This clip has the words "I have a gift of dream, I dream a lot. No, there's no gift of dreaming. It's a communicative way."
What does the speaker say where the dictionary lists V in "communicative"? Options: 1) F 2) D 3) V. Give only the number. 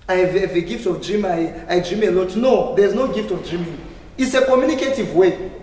3